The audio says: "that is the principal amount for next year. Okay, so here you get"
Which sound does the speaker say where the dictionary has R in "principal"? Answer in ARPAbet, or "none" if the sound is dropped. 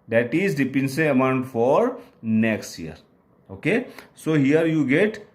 none